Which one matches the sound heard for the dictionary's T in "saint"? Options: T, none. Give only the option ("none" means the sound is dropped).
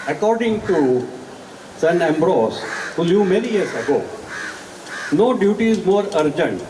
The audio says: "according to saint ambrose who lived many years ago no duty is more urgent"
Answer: none